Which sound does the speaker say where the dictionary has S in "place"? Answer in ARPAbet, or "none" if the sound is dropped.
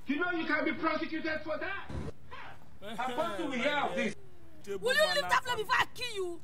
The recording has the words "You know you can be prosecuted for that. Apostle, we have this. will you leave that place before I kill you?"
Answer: none